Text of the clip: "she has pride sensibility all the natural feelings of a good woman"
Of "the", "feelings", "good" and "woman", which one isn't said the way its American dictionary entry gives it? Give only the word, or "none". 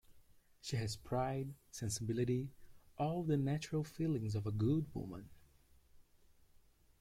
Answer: none